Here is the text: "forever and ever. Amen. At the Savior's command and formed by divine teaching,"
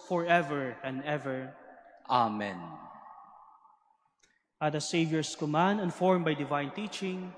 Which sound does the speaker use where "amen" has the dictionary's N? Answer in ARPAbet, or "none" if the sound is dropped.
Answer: N